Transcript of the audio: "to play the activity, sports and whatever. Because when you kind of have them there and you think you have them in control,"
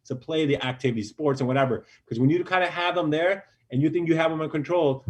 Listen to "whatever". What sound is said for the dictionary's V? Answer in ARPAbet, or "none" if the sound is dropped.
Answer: V